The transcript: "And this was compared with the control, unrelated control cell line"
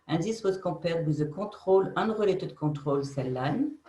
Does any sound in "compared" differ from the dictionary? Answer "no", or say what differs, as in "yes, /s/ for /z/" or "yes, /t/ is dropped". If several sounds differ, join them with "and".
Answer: yes, /m/ is dropped